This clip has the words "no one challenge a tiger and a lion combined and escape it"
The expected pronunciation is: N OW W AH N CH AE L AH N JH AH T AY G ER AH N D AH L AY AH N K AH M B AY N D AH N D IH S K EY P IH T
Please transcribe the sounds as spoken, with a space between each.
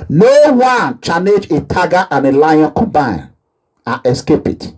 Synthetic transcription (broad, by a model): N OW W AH N CH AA N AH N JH AH T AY G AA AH N AH L AY AH N K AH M B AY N AH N IH S K EY P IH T